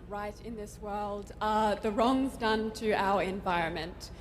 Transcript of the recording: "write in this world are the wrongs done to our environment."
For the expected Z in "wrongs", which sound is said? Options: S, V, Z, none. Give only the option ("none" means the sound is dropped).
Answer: Z